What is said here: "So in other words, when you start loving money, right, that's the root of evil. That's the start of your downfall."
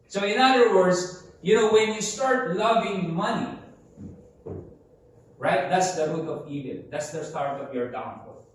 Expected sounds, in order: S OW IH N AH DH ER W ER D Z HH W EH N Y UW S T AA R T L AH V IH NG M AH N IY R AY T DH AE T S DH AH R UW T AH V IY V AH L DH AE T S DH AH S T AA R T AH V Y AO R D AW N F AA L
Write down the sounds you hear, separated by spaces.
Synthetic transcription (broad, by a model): S OW IH N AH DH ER W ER D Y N W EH N Y UW S T AA R T L AH V IH NG M AH N IY R AY T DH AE T S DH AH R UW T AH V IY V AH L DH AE T S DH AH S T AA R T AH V Y AO R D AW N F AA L